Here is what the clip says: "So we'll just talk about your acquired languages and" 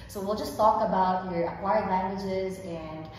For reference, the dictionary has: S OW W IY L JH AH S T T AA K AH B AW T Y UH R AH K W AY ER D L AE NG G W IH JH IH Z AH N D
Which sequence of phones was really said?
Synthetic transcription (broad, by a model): S OW W IY L JH AH S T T AA K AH B AW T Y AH R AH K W AY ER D L AE NG G W IH JH IH Z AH N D